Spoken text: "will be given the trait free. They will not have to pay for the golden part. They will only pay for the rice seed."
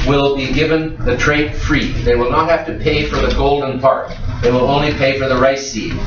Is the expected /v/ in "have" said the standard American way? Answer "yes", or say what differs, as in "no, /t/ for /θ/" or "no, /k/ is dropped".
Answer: no, /f/ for /v/